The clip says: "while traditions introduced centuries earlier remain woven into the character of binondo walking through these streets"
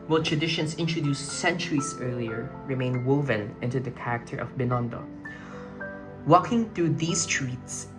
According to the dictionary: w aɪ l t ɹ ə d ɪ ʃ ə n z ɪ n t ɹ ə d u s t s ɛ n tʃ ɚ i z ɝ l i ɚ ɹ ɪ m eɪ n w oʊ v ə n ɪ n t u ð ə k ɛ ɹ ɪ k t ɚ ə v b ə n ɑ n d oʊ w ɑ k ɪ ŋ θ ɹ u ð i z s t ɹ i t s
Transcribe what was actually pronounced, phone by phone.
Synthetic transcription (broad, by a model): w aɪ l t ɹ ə d ɪ ʃ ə n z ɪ n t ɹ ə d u s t s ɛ n tʃ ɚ i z ɝ l i ɚ ɹ ɪ m eɪ n w oʊ v ə n ɪ n t u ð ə k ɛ ɹ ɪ k t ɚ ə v b ə n ɑ n d oʊ w ɑ k ɪ ŋ θ ɹ u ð i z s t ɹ i t s